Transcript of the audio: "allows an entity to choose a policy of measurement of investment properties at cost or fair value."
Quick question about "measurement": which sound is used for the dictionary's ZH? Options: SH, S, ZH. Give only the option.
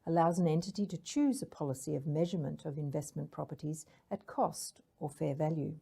ZH